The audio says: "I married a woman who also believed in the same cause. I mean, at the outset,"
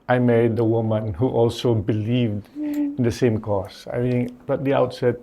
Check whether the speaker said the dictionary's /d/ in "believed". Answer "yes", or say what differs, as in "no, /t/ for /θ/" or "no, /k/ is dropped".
yes